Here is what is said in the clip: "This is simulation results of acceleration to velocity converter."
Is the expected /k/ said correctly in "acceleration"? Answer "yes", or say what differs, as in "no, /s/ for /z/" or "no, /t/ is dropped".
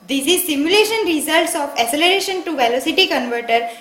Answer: no, /k/ is dropped